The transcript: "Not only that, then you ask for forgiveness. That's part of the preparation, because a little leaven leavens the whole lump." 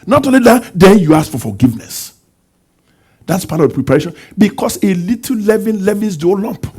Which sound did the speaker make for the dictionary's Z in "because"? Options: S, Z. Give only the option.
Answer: S